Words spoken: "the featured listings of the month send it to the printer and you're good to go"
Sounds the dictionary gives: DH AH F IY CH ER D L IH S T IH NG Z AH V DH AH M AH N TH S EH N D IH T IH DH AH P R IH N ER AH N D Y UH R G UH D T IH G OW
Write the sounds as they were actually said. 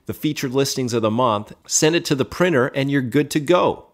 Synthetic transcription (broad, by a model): DH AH F IY CH ER D L IH S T IH NG Z AH V DH AH M AH N TH S EH N D IH T IH DH AH P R IH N ER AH N Y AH R G UH D T IH G OW